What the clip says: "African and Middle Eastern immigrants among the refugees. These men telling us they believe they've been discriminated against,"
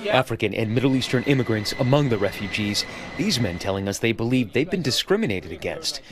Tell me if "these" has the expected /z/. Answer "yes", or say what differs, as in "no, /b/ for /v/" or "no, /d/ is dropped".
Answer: yes